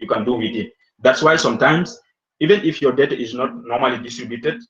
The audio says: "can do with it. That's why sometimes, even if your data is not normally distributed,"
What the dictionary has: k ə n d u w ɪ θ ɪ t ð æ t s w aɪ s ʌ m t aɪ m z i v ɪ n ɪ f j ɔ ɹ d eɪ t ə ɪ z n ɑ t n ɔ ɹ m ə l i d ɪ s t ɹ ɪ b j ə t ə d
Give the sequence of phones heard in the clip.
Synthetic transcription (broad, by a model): k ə n d u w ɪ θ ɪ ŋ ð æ t s w aɪ s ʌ m t aɪ m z i v ɪ n ɪ f j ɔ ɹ d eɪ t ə ɪ z n ɑ t n ɔ ɹ m ə l i d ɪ s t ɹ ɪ b j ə t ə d